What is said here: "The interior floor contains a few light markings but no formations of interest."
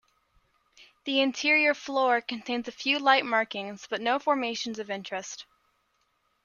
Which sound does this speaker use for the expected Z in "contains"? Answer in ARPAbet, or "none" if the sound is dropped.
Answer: Z